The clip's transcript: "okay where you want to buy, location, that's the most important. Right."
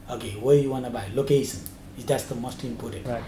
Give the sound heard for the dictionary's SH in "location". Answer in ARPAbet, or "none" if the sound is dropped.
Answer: S